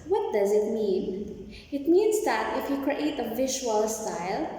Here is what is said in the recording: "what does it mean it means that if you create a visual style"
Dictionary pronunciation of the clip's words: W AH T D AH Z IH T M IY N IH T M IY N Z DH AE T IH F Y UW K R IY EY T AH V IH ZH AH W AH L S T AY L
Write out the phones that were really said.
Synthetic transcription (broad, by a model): W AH T D AH Z IH T M IY N IH T M IY N Z DH AE T IH F Y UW K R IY EY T AH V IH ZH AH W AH L S T AY L